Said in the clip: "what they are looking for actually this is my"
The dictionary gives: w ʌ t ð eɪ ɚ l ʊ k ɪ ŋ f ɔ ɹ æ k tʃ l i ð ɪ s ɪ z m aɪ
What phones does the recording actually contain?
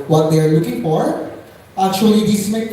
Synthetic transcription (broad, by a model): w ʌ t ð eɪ ɚ l ʊ k ɪ ŋ f ɔ ɹ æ k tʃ i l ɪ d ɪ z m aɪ